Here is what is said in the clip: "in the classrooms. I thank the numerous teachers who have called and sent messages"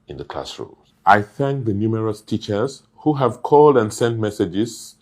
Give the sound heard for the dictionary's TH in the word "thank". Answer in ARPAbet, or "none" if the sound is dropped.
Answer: TH